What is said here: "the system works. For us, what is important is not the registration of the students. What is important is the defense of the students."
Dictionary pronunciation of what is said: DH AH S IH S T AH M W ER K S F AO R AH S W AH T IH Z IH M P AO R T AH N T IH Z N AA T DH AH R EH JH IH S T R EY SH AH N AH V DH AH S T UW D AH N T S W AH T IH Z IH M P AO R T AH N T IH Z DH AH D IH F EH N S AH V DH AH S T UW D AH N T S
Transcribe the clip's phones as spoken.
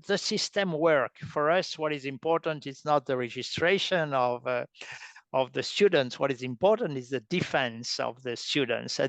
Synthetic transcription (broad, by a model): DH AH S IH S T AH M W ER K F AO R AH S W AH T IH Z IH M P AO R T AH N T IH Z N AA T DH AH R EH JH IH S T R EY SH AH N AH V DH AH S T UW D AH N T S W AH T IH Z IH M P AO R T AH N T IH Z DH AH D IH F EH N S AH V DH AH S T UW D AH N T S